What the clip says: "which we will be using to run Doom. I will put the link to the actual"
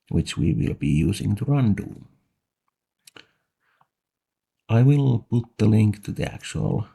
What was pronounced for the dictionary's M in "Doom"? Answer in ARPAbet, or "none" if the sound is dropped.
none